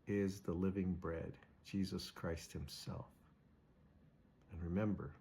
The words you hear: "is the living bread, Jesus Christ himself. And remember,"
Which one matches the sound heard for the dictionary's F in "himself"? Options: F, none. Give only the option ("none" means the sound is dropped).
F